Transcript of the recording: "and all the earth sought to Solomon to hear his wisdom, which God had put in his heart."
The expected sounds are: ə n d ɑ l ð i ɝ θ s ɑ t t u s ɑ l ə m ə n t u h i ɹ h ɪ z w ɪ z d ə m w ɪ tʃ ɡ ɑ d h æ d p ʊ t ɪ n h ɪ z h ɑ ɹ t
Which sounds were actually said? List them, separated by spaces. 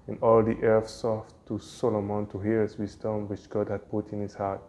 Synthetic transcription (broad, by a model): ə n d ɑ l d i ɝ f s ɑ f t u s ɑ l ə m ə n t u h i ɹ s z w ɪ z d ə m w ɪ tʃ ɡ ɑ d h æ d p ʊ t ɪ n h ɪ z h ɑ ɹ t